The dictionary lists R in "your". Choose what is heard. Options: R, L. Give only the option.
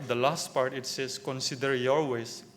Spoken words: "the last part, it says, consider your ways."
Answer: L